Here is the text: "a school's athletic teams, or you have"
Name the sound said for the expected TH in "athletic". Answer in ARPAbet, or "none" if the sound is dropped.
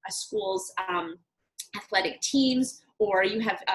TH